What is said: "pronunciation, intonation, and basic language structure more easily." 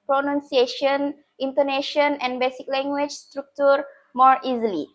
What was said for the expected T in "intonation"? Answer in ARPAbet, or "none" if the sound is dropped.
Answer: T